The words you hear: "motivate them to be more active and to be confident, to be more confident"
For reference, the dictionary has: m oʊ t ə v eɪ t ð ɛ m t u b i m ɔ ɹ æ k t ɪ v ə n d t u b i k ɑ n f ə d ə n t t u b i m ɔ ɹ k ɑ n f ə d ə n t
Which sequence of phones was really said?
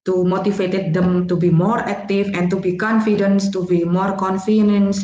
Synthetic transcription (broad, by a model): m oʊ t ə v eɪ t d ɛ m t u b i m ɔ ɹ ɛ k t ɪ f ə n t u b i k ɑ n f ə d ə n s t u b i m ɔ ɹ k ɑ n f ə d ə n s